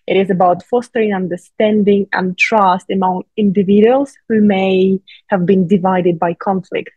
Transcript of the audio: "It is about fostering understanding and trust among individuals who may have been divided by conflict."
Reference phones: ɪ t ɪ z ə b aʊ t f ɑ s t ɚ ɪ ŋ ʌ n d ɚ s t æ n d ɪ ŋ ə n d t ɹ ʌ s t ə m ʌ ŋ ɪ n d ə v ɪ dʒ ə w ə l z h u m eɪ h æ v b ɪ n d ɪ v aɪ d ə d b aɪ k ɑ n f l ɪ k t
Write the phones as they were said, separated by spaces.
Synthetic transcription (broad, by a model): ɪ t ɪ z ə b aʊ t f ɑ s t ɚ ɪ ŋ ʌ n d ɚ s t æ n d ɪ ŋ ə n t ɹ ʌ s t ə m ʌ ŋ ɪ n d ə v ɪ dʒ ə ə l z h u m eɪ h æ v b ɪ n d ɪ v aɪ d ə d b aɪ k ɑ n f l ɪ k t